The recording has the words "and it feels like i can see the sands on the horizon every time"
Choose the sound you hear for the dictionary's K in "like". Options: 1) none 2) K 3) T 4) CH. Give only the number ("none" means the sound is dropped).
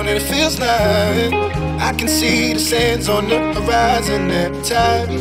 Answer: 1